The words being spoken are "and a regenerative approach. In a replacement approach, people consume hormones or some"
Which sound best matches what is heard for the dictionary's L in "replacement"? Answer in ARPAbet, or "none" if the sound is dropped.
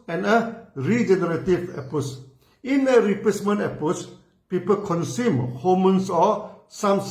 none